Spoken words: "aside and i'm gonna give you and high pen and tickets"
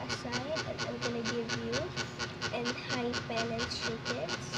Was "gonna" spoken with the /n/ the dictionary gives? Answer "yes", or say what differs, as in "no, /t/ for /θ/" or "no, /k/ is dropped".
no, /l/ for /n/